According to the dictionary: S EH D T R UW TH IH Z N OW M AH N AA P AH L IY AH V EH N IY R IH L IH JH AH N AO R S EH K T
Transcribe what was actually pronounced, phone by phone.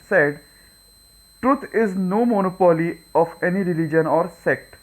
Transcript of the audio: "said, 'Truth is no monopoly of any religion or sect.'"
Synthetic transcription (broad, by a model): S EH D T R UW T IH Z N OW M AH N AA P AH L IY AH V EH N IY R IH L IH JH AH N AO R S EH K T